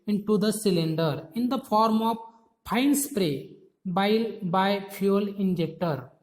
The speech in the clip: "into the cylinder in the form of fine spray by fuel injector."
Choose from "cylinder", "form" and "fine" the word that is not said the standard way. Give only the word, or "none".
fine